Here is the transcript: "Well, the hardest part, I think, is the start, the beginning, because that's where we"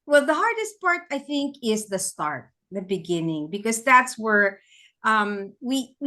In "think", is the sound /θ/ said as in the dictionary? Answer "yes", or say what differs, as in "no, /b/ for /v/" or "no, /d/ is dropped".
yes